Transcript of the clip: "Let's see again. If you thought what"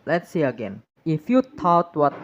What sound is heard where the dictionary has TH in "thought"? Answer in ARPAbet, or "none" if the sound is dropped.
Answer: T